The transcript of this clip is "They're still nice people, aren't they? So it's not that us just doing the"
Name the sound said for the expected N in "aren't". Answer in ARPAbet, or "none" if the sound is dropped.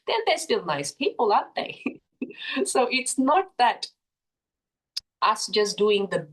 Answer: none